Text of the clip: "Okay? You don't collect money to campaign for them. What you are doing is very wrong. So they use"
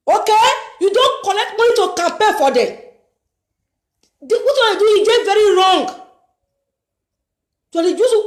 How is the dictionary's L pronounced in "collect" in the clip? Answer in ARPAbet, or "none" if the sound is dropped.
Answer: N